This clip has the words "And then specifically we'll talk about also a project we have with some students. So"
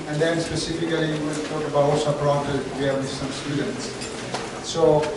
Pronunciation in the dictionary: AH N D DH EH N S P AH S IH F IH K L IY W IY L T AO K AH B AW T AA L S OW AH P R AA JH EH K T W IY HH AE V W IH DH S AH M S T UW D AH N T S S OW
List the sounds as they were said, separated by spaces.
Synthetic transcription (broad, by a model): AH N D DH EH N S P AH S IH F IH K L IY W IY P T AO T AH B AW AA L S OW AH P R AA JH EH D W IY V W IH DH S AH M S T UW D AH N T S S OW